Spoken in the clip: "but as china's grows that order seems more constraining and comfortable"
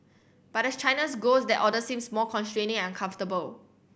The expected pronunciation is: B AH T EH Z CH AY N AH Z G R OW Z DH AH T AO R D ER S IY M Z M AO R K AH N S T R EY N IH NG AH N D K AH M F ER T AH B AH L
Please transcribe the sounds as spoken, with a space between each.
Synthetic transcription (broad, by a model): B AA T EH S CH AY N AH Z G OW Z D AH T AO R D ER S IY M S M AO K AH N S T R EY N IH NG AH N K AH M F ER T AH B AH L